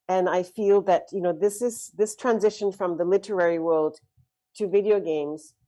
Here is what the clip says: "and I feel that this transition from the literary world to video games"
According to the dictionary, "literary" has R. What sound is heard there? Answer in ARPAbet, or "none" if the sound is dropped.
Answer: R